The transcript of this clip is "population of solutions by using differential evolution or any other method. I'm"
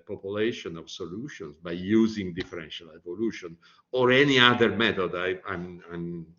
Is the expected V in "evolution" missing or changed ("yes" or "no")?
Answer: no